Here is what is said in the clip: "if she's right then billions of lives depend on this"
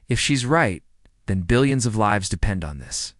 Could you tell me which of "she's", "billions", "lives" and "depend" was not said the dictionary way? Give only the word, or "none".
none